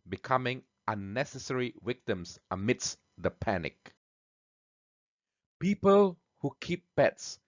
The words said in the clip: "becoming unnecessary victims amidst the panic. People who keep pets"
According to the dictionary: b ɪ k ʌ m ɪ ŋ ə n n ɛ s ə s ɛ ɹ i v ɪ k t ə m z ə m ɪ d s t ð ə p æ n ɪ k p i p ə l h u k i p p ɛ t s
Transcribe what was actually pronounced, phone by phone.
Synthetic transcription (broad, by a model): b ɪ k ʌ m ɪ ŋ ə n n ɛ s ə s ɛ ɹ i w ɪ k t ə m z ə m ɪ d s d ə p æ n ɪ k p i p ə l h u k i p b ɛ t s